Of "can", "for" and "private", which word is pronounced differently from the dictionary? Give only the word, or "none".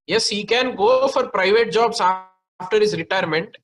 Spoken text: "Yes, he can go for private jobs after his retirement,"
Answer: none